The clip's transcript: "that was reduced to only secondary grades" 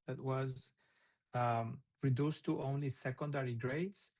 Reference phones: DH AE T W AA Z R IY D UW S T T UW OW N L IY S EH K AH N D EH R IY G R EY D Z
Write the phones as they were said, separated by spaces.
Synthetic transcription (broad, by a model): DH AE T W AA Z R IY D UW S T T UW OW N L IY S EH K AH N D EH R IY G R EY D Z